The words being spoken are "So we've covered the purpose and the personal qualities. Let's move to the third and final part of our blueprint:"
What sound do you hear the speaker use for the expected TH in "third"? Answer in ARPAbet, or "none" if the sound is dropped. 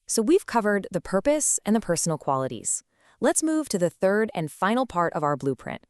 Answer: TH